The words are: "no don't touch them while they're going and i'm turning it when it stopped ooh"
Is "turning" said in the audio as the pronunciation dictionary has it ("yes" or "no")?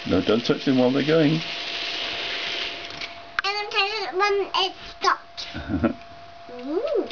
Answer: no